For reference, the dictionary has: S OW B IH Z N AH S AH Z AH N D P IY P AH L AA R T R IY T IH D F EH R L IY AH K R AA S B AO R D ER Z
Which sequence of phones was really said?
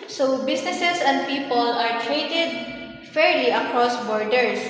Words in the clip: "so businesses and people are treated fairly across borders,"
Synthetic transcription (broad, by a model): S OW B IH S N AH S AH S AH N D P IY P AH L AA R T R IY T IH D F EH R L IY AH K R AA S B AO R D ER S